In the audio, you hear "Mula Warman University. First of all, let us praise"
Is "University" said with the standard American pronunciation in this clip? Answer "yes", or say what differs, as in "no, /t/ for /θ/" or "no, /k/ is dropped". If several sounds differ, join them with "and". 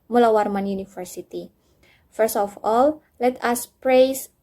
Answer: no, /f/ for /v/